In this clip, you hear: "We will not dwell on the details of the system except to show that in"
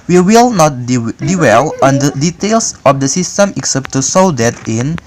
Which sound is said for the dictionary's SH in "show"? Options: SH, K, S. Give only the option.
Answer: S